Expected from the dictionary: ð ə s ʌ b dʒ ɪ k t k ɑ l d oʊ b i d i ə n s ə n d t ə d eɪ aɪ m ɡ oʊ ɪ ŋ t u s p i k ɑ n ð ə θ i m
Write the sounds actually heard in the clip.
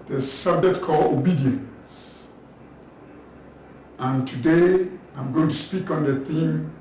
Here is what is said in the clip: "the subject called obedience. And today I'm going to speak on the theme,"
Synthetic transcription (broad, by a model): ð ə s ʌ b dʒ ɪ k t k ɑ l oʊ b i d i ə n s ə n t ə d eɪ aɪ m ɡ oʊ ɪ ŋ t u s p i k ɑ n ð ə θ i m